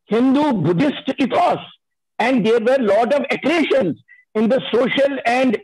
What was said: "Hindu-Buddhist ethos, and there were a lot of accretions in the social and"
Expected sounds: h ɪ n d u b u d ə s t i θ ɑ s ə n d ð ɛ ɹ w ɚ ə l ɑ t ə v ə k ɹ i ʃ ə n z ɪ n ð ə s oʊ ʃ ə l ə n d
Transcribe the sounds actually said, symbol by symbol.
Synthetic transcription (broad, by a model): h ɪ n d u b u d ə s t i t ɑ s ə n d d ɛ ɹ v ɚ l ɑ t ə v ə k ɹ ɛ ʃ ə n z ɪ n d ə s oʊ ʃ ə l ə n d